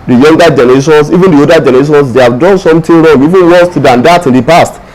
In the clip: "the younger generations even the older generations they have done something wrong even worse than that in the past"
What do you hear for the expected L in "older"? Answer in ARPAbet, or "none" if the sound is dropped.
none